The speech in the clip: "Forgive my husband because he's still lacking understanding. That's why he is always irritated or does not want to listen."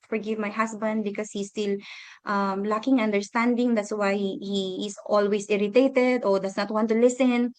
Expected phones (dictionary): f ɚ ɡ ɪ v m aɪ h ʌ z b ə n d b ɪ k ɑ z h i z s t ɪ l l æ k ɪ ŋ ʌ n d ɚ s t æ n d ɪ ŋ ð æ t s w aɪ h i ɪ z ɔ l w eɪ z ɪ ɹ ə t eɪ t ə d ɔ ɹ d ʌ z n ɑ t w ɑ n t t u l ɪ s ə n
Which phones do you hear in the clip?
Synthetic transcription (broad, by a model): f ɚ ɡ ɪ v m aɪ h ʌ s b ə n d b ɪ k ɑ s h i s t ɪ l l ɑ k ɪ ŋ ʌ n d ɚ s t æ n d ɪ ŋ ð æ t s w aɪ h i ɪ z ɔ l w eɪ s ɪ ɹ ə t eɪ t ə d ɔ ɹ d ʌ s n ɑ t w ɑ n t t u l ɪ s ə n